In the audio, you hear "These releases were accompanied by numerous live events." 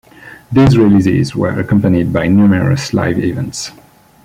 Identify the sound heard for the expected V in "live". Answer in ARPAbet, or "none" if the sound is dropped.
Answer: V